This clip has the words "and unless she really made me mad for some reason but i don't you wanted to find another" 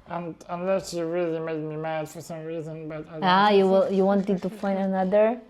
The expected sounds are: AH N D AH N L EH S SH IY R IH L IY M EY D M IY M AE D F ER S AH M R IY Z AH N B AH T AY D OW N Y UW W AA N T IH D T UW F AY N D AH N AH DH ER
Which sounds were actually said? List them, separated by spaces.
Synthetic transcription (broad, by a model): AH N AH N L EH S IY R IH L IY M EY D M IY M AE D F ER S AH M R IY Z AH N B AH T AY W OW L Y UW W AA N T IH D T UW F AY N D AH N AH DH ER